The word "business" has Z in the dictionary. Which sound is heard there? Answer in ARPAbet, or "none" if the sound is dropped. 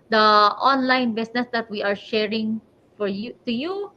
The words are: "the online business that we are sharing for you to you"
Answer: S